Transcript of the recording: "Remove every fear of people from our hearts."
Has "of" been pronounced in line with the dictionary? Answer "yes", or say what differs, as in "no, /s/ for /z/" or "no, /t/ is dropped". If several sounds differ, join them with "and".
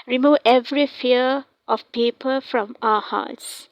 no, /f/ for /v/